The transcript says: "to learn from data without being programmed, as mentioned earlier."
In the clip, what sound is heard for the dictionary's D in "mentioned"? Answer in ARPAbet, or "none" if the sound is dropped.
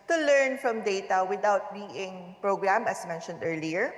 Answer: D